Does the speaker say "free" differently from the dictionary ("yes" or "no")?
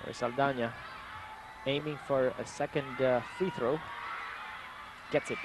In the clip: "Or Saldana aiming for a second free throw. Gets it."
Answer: yes